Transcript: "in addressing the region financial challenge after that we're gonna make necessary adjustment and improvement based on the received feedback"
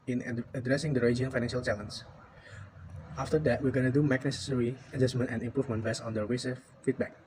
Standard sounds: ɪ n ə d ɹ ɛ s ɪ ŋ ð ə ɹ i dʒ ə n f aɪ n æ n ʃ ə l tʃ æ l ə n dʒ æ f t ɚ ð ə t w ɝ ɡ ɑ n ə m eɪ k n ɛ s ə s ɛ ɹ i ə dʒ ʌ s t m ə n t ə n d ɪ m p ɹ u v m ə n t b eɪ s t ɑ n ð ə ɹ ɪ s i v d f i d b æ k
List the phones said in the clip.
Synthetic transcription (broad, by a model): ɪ n ə d ɹ ɛ s ɪ ŋ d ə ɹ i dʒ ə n f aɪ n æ n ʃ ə l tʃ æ l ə n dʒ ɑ f t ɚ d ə t w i ɡ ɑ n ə m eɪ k n ɛ s ə s ɛ ɹ i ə dʒ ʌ s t m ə n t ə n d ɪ m p ɹ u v m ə n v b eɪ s ɑ n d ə w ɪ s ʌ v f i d b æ k